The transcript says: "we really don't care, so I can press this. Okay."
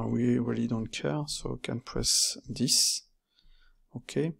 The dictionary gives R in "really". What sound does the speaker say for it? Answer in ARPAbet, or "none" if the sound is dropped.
W